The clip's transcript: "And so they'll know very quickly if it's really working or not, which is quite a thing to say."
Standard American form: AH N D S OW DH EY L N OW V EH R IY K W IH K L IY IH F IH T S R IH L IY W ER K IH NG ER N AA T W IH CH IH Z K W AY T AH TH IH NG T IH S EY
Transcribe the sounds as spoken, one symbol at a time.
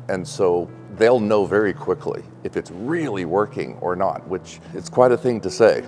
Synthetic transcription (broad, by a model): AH N S OW DH EY L N OW V EH R IY K W IH K L IY IH F IH T S R IH L IY W ER K IH NG ER N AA T W IH CH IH S K W AY T AH TH IH NG T IH S EY